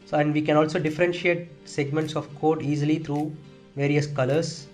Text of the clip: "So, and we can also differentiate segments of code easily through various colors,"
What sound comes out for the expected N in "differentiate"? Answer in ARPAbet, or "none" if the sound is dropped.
N